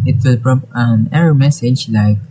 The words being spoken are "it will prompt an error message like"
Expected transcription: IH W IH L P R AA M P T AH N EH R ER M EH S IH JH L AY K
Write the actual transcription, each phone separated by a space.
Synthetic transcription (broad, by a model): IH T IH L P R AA P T AH N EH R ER M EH S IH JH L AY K